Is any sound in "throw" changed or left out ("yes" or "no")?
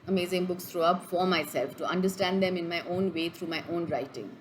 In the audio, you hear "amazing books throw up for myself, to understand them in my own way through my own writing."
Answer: yes